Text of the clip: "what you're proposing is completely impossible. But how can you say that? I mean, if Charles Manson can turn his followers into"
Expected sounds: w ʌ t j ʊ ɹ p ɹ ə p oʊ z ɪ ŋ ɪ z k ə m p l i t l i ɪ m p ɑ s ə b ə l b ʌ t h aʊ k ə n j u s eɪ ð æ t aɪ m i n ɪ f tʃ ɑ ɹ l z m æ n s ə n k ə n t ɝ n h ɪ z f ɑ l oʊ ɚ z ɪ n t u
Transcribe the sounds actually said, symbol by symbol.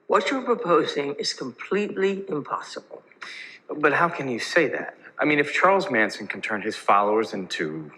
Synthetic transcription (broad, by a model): w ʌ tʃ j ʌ ɹ p ɹ ə p oʊ z ɪ ŋ ɪ z k ə m p l i t l i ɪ m p ɑ s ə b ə l b ʌ t h aʊ k ə n j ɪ s eɪ ð æ t aɪ m i n ɪ f tʃ ɑ ɹ l z m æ n s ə n k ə n t ɝ n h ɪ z f ɑ l oʊ ɚ z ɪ n t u